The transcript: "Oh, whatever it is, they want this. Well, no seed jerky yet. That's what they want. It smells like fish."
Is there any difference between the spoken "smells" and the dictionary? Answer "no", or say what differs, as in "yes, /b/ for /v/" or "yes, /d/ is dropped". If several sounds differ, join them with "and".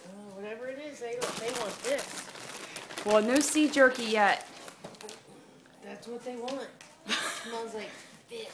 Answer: yes, /n/ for /l/